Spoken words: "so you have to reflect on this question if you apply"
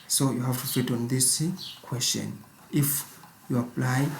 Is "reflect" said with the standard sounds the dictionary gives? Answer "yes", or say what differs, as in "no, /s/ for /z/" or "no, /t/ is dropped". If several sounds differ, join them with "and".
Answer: no, /l/ is dropped and /k/ is dropped